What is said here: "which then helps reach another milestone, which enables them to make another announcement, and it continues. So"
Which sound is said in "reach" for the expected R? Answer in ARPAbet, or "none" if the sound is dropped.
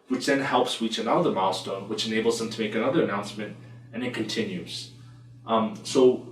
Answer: W